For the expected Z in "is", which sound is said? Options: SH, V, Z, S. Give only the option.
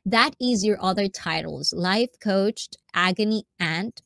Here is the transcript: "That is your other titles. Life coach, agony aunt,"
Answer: Z